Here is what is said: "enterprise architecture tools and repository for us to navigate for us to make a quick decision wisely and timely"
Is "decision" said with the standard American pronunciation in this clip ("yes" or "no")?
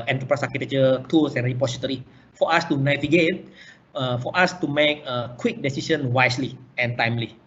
no